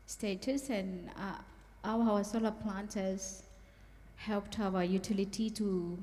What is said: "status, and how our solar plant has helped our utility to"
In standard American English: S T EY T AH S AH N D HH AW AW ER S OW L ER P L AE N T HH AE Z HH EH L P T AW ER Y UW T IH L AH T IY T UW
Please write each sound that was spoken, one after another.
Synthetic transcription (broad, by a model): S T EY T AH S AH N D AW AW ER S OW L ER P L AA N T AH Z HH EH L P T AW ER Y UW T IH L AH T IY T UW